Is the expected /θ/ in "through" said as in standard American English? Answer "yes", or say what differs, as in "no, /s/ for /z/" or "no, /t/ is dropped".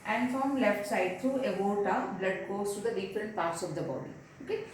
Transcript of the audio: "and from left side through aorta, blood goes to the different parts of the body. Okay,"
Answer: no, /t/ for /θ/